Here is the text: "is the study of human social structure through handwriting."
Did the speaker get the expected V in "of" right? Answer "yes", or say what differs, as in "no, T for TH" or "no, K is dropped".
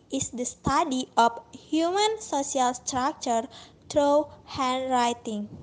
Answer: no, P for V